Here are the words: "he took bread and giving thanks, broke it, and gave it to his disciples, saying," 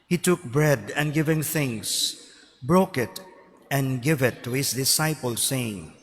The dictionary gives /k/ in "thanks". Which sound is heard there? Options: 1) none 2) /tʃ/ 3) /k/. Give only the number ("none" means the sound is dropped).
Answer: 1